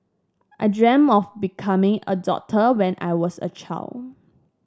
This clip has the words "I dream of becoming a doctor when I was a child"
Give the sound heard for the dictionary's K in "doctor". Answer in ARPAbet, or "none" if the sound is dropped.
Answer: none